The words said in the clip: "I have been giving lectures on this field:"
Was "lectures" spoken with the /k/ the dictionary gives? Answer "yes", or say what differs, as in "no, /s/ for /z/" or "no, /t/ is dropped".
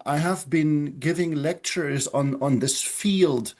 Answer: yes